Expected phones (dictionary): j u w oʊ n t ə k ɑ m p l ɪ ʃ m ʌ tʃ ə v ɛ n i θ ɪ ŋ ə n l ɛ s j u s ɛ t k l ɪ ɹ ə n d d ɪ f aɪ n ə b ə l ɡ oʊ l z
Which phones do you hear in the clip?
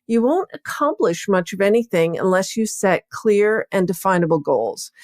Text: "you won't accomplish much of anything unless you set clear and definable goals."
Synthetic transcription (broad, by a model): j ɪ w oʊ n t ə k ɑ m p l ɪ ʃ m ʌ tʃ ə v ɛ n i θ ɪ ŋ ə n l ɛ s j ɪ s ɛ t k l ɪ ɹ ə n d d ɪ f aɪ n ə b l ɡ oʊ l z